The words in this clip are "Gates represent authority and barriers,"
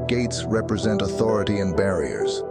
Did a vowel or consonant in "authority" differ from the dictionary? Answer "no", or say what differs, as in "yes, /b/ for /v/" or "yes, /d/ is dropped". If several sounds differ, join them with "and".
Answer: no